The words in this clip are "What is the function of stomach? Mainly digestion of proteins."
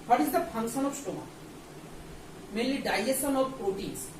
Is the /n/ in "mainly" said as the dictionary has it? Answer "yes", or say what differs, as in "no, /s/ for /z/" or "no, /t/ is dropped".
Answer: no, /n/ is dropped